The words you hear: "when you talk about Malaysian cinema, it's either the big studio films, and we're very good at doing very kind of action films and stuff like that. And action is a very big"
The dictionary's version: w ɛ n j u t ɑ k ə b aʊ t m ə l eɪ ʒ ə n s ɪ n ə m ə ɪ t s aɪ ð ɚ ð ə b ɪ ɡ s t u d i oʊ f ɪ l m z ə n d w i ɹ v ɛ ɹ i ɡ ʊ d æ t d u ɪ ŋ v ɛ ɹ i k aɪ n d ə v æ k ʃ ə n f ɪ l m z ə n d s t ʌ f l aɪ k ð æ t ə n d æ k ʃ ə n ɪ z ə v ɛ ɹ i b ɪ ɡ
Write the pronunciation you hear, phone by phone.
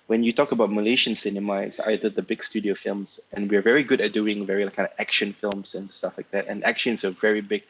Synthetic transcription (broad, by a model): w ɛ n j u t ɑ k ə b aʊ t m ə l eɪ ʃ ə n s ɪ n ə m ə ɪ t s aɪ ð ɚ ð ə b ɪ ɡ s t u d i oʊ f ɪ l m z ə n w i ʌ v ɛ ɹ i ɡ ʊ d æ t d u ɪ ŋ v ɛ ɹ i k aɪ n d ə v æ k ʃ ə n f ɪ l m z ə n s t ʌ f l aɪ k ð æ t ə n æ k ʃ ə n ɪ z ə v ɛ ɹ i b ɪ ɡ